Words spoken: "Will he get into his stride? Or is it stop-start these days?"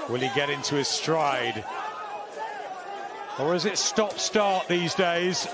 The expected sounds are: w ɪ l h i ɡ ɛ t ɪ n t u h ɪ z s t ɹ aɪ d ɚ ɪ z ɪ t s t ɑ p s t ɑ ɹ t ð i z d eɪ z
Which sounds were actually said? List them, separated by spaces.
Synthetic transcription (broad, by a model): w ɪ l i ɡ ɛ t ɪ n t u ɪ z s t ɹ aɪ d ɚ ɪ z ɪ t s t ɑ p s t ɑ ɹ t ð i z d eɪ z